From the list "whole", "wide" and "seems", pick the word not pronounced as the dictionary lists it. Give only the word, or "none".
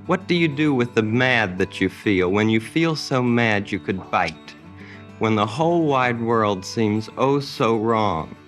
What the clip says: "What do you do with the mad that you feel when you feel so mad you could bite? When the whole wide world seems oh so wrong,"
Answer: none